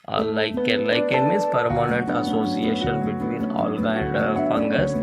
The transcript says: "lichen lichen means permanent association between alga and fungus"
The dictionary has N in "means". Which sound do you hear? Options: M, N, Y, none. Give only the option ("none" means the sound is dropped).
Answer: none